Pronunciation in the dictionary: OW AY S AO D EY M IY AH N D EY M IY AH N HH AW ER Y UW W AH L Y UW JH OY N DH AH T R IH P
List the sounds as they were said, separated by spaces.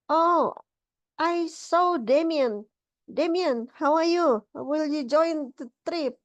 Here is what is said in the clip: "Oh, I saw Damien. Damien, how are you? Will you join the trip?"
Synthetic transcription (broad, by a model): OW AY S AO D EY M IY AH N D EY M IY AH N HH AW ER Y UW W AH L Y UW JH OY N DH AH T R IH P